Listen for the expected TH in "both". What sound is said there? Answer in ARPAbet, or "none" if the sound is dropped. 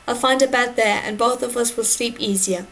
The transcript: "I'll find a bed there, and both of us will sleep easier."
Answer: TH